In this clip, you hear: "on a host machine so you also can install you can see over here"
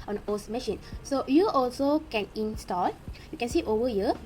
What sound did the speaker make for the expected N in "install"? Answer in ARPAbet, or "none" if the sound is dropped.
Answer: N